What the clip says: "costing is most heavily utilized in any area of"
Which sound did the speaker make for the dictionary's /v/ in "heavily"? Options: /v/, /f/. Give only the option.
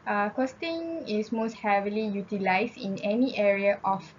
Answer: /v/